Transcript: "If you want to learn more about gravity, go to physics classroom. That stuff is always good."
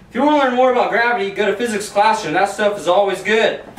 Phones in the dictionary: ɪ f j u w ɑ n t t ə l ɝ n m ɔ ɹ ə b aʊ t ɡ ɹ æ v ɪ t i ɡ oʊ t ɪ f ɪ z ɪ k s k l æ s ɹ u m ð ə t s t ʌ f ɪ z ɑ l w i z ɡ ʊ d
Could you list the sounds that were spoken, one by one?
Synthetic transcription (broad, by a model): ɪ f j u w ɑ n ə l ɝ n m ɔ ɹ ə b aʊ t ɡ ɹ æ v ɪ t i ɡ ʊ t ɪ f ɪ z ɪ k s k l æ s ʌ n ð ə t s t ʌ f ɪ z ɑ l w i z ɡ ʊ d